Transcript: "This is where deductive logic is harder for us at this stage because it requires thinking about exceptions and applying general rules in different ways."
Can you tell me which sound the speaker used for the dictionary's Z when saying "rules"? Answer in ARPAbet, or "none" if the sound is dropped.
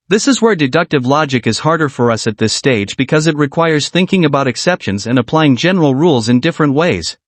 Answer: Z